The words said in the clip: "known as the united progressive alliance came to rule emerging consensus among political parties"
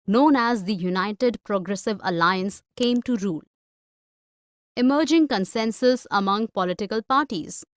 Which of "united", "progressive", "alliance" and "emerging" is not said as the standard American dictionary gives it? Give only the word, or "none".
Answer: none